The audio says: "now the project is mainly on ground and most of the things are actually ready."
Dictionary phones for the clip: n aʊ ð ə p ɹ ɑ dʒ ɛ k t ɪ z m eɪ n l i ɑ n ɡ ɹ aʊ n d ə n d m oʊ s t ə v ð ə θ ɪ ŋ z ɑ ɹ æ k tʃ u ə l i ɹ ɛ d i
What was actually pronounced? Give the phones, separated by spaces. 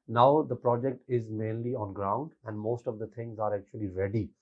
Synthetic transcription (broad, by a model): n aʊ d ə p ɹ ɑ dʒ ɛ k t ɪ z m eɪ n l i ɑ n ɡ ɹ aʊ n d ə n d m oʊ s t ə v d ə t ɪ ŋ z ɑ ɹ æ k tʃ u ə l i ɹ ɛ d i